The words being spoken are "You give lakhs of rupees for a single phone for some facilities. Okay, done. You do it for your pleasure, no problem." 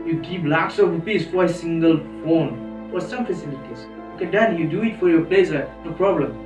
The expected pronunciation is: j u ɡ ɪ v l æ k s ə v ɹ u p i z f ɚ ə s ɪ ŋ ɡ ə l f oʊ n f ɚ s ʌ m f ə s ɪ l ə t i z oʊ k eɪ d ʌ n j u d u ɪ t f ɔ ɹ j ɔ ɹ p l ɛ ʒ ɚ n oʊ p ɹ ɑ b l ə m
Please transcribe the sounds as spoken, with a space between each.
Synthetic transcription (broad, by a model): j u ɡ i p l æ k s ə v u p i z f ə s ɪ ŋ ɡ ə l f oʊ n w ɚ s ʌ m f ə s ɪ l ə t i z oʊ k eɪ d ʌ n j u d u ɪ t f ɔ ɹ j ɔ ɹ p l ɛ s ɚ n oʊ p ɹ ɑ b l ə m